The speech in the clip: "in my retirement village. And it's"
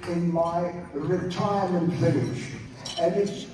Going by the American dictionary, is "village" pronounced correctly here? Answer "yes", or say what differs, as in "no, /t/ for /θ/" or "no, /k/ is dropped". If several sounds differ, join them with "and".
no, /n/ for /l/ and /ʃ/ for /dʒ/